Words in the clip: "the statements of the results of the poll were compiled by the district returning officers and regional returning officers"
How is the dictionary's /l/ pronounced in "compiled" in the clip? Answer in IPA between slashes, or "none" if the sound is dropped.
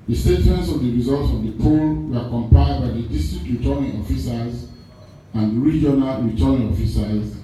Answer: none